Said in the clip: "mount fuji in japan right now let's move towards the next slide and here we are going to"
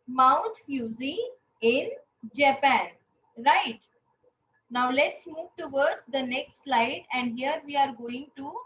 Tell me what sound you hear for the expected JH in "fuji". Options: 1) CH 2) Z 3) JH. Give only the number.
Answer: 2